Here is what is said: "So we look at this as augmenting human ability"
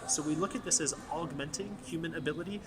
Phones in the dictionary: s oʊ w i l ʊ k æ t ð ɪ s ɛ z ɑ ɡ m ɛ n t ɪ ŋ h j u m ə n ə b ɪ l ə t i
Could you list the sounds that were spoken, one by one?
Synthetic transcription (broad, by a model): s oʊ w i l ʊ k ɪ t ð ɪ s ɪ z ɑ ɡ m ɛ n t ɪ ŋ h j u m ə n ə b ɪ l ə t i